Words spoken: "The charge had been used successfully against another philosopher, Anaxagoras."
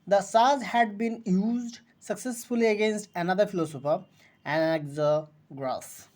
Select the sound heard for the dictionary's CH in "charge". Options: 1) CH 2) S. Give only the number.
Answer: 2